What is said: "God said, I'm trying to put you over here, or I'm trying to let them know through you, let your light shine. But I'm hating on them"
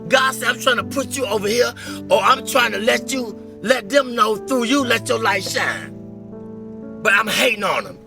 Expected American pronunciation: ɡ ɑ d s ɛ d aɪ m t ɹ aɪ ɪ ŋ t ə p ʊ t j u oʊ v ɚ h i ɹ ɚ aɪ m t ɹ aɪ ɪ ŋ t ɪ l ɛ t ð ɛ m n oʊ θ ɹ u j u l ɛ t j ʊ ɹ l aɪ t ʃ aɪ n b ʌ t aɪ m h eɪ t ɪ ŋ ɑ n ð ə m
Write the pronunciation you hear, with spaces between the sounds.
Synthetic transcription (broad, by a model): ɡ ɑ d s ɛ aɪ m t ɹ aɪ ɪ ŋ t ə p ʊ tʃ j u oʊ v ɚ h i ɹ ɚ aɪ m t ɹ aɪ ɪ ŋ t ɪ l ɛ t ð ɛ m n oʊ θ ɹ u j u l ɛ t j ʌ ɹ l aɪ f ʃ aɪ n b ʌ t aɪ m h eɪ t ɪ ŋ ɑ n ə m